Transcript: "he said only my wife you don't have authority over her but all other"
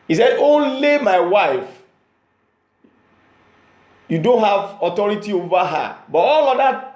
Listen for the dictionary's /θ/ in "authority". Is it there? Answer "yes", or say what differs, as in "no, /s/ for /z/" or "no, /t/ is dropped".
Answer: no, /t/ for /θ/